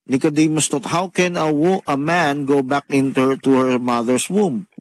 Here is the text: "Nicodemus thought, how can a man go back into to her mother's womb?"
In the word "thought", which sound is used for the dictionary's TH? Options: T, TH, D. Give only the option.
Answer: T